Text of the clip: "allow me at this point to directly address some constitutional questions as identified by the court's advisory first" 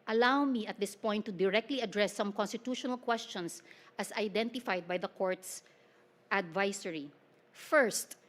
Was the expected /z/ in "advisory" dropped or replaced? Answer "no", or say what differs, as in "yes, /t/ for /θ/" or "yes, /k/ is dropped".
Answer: yes, /s/ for /z/